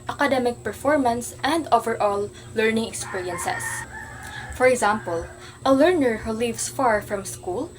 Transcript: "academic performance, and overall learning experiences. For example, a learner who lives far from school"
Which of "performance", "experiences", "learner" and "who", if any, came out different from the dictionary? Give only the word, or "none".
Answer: experiences